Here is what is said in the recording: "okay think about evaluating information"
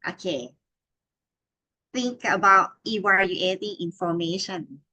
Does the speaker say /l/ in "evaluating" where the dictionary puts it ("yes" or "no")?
no